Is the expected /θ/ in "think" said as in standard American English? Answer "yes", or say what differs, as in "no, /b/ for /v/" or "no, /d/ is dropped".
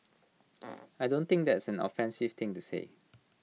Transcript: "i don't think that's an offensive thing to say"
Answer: no, /t/ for /θ/